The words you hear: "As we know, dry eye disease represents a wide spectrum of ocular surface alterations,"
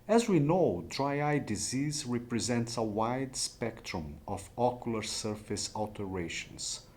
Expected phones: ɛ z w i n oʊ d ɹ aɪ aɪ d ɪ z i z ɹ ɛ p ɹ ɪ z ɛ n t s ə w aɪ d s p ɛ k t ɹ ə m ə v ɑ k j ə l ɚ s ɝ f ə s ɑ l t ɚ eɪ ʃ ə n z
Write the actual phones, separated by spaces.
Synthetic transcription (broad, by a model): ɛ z w i n oʊ d ɹ aɪ aɪ d ɪ z i z ɹ ɛ p ɹ ɪ z ɛ n t s ə w aɪ d s p ɛ k t ɹ ə m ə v ɑ k j ə l ɚ s ɝ f ə s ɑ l t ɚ eɪ ʃ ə n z